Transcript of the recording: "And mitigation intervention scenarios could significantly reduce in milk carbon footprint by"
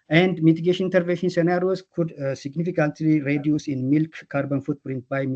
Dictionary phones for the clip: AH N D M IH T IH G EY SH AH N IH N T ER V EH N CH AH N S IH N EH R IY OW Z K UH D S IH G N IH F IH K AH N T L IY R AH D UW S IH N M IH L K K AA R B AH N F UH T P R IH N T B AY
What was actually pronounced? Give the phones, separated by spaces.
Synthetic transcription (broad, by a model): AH N D M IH T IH G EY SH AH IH N T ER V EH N SH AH N S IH N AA R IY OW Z K UH D S IH G N IH F IH K AH N T L IY R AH D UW S IH N M IH L K K AA R B AH N F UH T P R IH N T B AY